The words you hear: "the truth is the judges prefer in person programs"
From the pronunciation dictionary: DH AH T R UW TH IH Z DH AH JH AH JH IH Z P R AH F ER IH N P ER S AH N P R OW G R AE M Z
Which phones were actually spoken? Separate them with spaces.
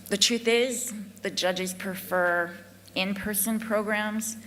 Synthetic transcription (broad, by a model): DH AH T R UW TH IH Z DH AH JH AH JH IH Z P R AH F ER IH N P ER S AH N P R OW G R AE M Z